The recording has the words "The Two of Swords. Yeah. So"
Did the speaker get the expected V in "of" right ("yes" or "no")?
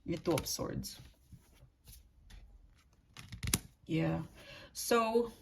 no